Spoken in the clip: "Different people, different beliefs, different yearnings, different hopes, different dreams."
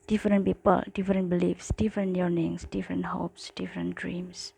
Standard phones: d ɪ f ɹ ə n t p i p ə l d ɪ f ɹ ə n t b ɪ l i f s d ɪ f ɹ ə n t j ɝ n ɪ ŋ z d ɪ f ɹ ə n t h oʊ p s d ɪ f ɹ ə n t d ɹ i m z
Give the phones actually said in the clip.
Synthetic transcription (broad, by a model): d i f ɹ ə n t p i p ə l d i f ɹ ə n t b ɪ l i f s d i f ɹ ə n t j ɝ n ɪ ŋ s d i f ɹ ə n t h oʊ p s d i f ɹ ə n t d ɹ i m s